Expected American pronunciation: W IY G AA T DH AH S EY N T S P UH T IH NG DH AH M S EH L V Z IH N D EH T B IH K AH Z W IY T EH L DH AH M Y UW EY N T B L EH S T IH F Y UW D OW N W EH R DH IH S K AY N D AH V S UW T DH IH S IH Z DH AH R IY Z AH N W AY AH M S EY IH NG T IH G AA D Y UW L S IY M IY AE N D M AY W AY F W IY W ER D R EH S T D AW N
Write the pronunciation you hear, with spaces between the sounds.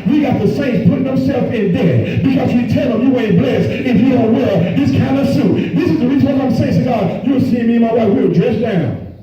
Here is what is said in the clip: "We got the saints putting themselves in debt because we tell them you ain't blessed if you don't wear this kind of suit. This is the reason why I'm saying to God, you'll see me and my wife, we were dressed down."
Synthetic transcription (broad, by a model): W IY G AA T DH AH S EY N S P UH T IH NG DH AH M S EH L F IH N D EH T B IH K AH Z W IY T EH L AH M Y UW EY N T B L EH S IH F Y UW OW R W EH R DH IH S K AY N D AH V S UW T DH IH S IH Z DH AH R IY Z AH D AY AH M S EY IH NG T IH G AA D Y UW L S IY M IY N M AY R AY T W IY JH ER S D AW N